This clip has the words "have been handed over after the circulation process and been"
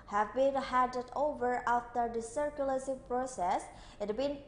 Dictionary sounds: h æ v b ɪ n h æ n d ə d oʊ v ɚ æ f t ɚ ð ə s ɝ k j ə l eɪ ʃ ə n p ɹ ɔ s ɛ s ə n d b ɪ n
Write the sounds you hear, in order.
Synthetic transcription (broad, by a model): h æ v b ɪ n h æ d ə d oʊ v ɚ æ f t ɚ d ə s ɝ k j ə l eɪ s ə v p ɹ ɔ s ɛ s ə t b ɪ n